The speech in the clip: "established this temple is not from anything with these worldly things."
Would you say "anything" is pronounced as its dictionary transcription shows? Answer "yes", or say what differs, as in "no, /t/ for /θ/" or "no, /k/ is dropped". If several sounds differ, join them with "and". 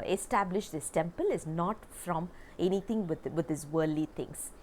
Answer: no, /t/ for /θ/